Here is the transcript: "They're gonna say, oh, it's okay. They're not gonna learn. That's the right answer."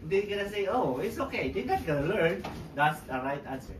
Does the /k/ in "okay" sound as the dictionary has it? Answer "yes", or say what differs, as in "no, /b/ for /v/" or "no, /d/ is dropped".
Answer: yes